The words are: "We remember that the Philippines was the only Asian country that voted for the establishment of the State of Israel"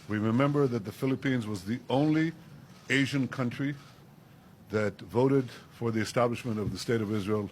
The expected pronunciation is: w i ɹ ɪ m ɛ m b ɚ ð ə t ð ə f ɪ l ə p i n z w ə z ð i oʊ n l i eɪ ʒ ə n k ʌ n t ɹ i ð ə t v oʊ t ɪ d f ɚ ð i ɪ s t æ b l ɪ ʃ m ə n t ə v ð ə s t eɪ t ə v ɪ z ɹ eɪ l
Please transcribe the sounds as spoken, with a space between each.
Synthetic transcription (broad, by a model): w i ɹ ɪ m ɛ m b ɚ ð ə t ð ə f ɪ l ə p i n z w ə z ð i oʊ n l i eɪ ʒ ə n k ʌ n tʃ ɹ i ð ə t v oʊ t ɪ d f ɚ ð i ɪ s t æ b l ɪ ʃ m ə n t ə v ð ə s t eɪ t ə v ɪ z ɹ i l